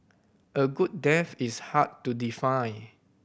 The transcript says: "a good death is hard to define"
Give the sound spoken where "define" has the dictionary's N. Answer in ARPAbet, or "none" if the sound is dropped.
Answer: none